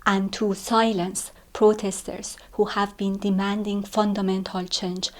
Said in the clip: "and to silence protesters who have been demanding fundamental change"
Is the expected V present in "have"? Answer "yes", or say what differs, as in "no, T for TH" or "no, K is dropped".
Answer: yes